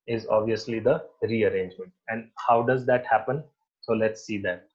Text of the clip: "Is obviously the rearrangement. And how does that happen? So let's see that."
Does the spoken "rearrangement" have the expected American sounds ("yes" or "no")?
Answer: yes